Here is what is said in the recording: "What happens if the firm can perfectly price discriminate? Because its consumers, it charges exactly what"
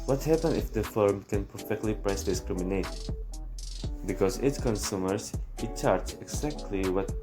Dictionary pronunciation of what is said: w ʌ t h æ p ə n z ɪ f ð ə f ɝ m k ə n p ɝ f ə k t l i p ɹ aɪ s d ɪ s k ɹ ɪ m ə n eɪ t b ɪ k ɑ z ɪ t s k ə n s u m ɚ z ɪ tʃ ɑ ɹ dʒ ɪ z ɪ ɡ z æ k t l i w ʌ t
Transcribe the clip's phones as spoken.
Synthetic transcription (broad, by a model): w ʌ t h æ p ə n ɪ f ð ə f ɝ m k ə n p ɝ f ə k t l i p ɹ aɪ s d ɪ s k ɹ ɪ m ə n eɪ t b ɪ k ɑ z ɪ t s k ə n s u m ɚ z ɪ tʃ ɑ ɹ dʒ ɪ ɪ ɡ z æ k t l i w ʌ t